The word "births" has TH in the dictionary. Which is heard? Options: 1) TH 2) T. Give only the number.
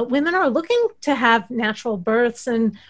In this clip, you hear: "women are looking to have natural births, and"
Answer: 1